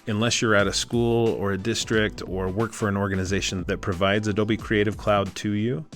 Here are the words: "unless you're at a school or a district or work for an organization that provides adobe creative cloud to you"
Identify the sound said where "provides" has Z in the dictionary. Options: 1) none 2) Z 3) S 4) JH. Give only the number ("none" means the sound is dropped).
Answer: 2